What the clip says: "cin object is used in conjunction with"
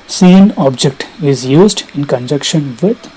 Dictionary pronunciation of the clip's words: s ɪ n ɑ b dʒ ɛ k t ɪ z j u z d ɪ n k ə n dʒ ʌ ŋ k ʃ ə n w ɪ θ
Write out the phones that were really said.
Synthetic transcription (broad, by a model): s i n ɑ b dʒ ɛ k t ɪ z j u z d ɪ n k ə n dʒ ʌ k ʃ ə n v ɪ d